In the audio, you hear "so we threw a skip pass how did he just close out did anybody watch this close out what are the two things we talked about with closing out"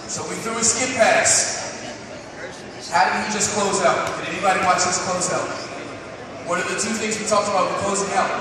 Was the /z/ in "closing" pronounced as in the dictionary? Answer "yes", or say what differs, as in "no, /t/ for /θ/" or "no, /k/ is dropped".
yes